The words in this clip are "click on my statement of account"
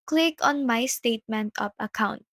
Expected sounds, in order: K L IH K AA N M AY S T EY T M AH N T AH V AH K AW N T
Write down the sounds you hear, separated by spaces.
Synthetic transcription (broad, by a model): K L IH K AA N M AY S T EY T M AH N T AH P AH K AW N T